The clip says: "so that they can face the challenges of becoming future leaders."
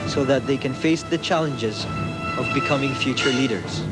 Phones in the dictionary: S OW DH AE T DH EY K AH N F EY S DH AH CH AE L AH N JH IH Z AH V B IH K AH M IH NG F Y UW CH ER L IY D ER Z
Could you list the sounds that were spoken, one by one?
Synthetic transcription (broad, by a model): S OW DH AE T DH EY K AH N F EY S DH AH CH AE L AH N JH IH Z AH V B IH K AH M IH NG F Y UW CH ER L IY D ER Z